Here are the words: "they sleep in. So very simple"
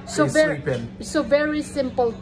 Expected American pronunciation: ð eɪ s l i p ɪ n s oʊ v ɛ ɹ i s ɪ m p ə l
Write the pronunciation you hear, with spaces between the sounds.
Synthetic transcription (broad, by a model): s ɔ ɪ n s oʊ v ɛ ɹ i s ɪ m p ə l